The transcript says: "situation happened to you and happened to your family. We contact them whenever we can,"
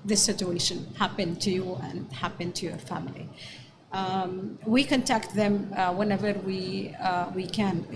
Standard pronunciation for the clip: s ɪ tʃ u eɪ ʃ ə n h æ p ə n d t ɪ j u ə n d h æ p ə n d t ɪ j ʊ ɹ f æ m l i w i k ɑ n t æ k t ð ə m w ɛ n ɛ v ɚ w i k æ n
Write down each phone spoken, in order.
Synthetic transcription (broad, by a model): s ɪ tʃ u eɪ ʃ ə n h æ p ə n t ɪ j u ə n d h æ p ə n t ɪ j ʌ ɹ f æ m l i w i k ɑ n t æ k t ð ə m w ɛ n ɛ v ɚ w i k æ n